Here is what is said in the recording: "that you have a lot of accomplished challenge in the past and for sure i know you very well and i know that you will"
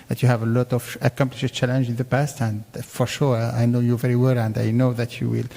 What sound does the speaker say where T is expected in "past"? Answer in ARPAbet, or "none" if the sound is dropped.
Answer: T